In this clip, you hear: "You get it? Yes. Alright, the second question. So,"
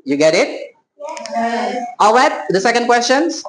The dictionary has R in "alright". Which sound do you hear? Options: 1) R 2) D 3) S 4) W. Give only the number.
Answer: 4